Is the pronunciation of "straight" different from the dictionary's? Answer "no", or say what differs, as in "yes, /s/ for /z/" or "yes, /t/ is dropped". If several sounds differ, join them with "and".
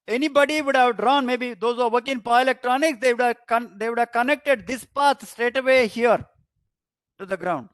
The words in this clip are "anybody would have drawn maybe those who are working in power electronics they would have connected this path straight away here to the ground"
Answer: no